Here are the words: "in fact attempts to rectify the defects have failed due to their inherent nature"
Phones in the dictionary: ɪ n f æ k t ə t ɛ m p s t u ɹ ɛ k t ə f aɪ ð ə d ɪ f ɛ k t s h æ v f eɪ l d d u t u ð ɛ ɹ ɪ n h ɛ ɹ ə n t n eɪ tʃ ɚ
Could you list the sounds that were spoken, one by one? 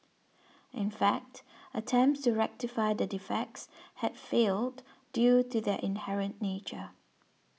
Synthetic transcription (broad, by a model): ɪ n f æ k t ə t ɛ m p s t u ɹ ɛ k t ə f aɪ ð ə d ɪ f ɛ k t s h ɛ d f eɪ l d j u t u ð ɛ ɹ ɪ n h ɛ ɹ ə n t n eɪ tʃ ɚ